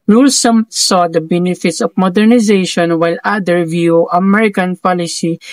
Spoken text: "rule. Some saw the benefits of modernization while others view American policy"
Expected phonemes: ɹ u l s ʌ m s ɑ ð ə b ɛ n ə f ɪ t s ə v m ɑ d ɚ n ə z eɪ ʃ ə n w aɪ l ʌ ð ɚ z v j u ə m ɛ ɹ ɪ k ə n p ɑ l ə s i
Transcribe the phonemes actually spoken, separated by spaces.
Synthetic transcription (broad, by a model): ɹ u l s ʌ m s ɑ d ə b ɛ n ə f ɪ t s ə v m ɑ d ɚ n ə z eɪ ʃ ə n w aɪ l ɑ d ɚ v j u ə m ɛ ɹ ɪ k ə n p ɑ l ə s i